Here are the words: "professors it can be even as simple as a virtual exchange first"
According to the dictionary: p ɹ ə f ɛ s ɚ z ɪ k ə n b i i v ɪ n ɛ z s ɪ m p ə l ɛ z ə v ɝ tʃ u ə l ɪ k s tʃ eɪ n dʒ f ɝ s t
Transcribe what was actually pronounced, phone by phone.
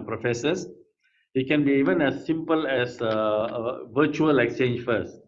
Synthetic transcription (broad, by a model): p ɹ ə f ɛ s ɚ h ɪ k ə n b i i v ɪ n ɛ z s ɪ m p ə l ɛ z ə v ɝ tʃ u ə l ɪ k s tʃ eɪ n dʒ f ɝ s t